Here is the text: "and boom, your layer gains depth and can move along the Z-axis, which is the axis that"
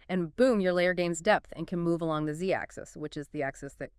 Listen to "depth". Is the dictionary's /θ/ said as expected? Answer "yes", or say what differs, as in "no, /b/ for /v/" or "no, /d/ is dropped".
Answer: yes